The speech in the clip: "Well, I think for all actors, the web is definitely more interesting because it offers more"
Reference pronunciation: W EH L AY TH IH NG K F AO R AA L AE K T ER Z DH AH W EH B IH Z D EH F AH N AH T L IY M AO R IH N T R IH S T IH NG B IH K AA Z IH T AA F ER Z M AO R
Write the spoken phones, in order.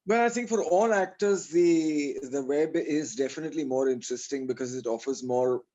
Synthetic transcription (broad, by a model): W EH L AY T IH NG K F AO R AA L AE K T ER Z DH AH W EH B IH Z D EH F AH N AH T L IY M AO R IH N T R IH S T IH NG B IH K AA Z IH T AA F ER Z M AO R